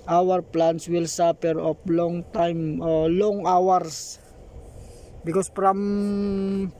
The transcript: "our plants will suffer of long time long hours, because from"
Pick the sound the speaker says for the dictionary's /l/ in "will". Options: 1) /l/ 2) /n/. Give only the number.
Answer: 1